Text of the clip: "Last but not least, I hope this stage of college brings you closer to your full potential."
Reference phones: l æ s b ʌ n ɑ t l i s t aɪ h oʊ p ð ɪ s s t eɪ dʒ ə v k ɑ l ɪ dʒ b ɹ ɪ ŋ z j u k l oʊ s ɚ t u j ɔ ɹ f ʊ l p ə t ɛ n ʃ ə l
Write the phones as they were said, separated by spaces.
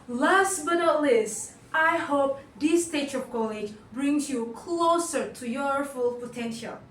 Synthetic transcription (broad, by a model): l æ s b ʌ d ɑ l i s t aɪ h oʊ p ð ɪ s s t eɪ tʃ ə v k ɑ l ɪ dʒ b ɹ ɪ ŋ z j u k l oʊ s ɚ t u j ɔ ɹ f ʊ l p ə t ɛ n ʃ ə l